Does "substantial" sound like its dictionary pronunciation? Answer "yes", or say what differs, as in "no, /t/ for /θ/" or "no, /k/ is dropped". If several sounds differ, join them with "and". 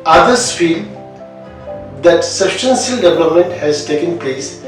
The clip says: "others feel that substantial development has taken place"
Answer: no, /s/ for /ʃ/